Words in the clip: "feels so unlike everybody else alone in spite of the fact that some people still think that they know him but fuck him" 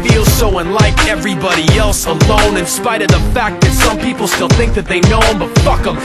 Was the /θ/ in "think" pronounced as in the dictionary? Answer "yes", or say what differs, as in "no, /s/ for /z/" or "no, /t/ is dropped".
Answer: yes